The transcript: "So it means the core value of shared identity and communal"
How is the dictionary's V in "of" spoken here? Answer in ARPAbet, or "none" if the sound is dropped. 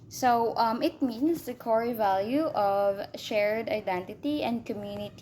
V